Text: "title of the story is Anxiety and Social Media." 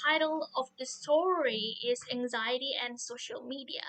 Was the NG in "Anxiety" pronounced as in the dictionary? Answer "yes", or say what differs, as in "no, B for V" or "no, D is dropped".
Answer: yes